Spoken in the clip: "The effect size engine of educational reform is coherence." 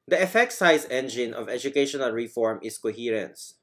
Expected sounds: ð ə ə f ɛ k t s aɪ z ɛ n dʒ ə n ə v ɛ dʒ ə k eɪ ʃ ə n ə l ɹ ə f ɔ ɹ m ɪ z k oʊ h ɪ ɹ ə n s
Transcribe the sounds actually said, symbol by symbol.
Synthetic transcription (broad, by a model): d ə ə f ɛ k t s aɪ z ɛ n dʒ ə n ə v ɛ dʒ ə k eɪ ʃ ə n ə l ɹ ə f ɔ ɹ m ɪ s k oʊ h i ɹ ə n s